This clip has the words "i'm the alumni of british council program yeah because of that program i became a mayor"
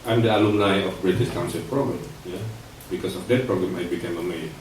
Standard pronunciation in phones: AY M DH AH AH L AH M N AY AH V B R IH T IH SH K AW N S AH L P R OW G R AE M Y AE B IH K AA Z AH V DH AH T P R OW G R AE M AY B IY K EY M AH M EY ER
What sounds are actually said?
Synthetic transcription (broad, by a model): AY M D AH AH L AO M L AY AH F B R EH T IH S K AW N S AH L P R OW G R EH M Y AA B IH K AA S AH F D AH T P R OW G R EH M AY B IY K EY M AH M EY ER